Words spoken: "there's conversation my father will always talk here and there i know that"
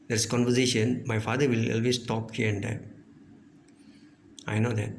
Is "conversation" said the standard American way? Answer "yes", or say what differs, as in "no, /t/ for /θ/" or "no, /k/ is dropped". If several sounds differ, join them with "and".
yes